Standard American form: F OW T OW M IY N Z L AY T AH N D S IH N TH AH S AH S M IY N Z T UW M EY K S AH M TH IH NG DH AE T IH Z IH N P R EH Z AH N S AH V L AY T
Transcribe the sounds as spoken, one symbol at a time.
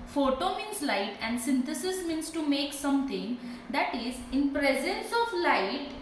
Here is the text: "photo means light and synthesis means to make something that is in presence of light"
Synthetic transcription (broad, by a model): F OW T OW M IY N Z L AY T AH N D S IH N T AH S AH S M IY N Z T UW M EY K S AH M T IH NG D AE T IH Z IH N P R EH Z AH N S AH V L AY T